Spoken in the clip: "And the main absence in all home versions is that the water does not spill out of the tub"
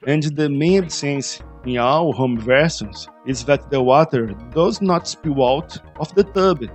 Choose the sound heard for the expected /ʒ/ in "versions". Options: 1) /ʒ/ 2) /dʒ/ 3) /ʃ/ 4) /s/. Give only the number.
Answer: 4